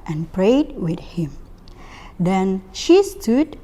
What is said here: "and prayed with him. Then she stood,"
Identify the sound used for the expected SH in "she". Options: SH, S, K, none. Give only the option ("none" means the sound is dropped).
SH